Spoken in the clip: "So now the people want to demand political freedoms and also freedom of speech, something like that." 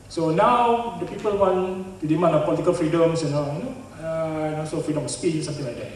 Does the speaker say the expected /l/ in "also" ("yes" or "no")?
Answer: no